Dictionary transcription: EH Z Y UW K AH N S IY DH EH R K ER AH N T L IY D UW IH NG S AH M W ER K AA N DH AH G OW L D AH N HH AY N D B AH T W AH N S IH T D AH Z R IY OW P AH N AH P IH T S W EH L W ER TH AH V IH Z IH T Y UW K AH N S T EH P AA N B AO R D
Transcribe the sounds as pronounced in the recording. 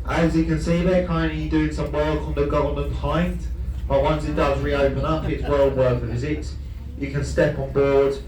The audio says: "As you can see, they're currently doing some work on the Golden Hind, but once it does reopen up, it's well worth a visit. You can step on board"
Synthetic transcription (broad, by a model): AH Z Y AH K AH N S IY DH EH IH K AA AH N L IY D UW IH NG S AH M W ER K N DH AH G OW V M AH N HH AY N D B AH T W AH N S IH T D AH Z R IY OW P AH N AH P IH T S W EH L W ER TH AH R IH Z IH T Y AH K AH N S T EH P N B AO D